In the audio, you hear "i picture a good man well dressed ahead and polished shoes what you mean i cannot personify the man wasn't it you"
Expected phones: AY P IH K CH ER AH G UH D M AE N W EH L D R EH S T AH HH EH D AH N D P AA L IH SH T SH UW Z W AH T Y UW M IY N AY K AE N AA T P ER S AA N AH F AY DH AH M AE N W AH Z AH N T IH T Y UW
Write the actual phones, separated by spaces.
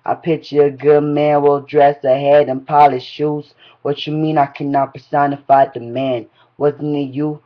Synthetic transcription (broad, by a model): AY P IH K CH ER AH G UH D M AE N W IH L D R EH S AH HH EH D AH N P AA L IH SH SH UW Z W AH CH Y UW M IY N AY K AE N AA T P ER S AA N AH F AY DH AH M AE N W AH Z N IH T Y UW